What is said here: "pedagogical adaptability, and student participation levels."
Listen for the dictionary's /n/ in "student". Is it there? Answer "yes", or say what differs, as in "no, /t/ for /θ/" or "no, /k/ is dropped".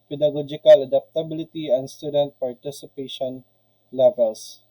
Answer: yes